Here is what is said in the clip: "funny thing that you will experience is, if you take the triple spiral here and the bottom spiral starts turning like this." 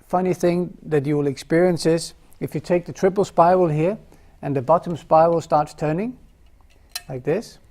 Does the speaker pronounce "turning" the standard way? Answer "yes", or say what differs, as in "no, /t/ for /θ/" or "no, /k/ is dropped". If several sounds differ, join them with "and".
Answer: yes